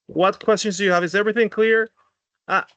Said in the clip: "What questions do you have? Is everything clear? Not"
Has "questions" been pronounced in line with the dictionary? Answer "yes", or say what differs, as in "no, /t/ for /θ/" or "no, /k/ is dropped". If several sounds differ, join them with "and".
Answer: yes